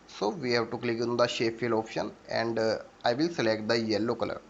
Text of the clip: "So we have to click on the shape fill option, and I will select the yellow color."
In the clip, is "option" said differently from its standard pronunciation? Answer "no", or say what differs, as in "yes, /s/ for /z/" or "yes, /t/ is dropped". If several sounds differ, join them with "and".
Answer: no